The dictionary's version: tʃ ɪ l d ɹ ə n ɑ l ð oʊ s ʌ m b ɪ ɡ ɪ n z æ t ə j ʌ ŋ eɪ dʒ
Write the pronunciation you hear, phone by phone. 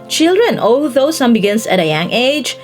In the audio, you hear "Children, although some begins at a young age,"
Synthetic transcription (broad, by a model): tʃ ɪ l d ɹ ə n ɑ l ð oʊ s ʌ m b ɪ ɡ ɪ n s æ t ə j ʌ ŋ eɪ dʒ